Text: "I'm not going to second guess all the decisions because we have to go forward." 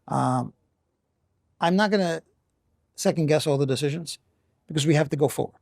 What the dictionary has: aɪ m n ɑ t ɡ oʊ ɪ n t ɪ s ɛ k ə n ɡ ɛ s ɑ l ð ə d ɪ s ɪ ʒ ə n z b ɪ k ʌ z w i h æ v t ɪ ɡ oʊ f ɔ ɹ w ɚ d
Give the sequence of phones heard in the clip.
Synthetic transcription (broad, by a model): aɪ m n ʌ t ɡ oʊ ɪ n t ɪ s ɛ k ə n ɡ ɛ s ɑ l ð ə d ɪ s ɪ ʒ ə n z b ɪ k ʌ z w i h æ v t ɪ ɡ oʊ f ɔ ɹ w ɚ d